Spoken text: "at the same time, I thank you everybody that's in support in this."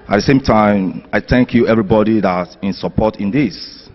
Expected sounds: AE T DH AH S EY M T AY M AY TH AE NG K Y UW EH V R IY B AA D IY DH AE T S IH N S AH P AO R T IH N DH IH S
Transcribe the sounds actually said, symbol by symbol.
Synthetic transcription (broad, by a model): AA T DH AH S EY M T AY M AY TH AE NG K Y UW EH V R IY B AA D IY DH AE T IH N S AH P AO T IH N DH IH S